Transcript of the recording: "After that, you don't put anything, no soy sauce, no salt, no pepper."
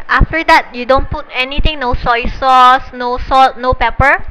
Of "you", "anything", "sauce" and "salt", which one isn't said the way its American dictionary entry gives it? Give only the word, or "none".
anything